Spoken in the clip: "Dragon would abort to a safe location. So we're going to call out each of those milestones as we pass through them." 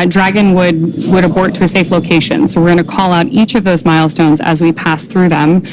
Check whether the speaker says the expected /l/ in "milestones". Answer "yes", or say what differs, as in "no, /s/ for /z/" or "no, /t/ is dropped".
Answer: yes